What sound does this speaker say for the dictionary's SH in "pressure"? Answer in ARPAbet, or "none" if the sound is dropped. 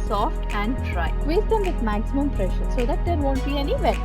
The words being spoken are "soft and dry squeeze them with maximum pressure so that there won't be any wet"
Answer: SH